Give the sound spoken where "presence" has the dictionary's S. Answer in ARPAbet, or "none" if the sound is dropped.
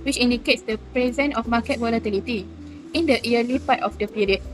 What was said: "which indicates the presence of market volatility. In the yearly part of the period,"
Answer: none